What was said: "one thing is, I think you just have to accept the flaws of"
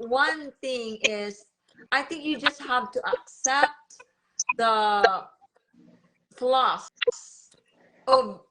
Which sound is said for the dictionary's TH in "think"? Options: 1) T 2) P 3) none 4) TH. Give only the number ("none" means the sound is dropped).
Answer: 4